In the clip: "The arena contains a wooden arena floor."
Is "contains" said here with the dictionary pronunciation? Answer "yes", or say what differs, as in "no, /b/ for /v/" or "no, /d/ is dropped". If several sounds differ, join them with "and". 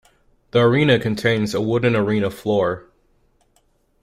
yes